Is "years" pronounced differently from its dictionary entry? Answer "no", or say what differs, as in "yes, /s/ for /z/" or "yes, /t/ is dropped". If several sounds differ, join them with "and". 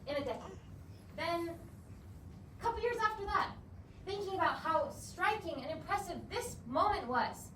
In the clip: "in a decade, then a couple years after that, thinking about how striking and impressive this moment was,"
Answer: no